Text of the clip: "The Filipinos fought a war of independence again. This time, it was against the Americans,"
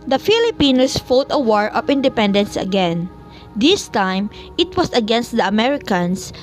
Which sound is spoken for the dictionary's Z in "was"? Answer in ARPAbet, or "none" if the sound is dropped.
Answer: S